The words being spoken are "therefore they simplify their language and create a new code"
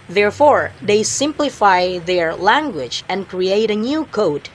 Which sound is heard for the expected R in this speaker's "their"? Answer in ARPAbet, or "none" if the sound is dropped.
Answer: R